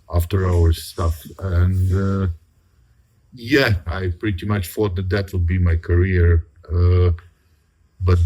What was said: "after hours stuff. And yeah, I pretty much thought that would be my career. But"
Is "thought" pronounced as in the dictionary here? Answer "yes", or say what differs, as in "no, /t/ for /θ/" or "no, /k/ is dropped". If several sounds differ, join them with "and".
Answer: no, /f/ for /θ/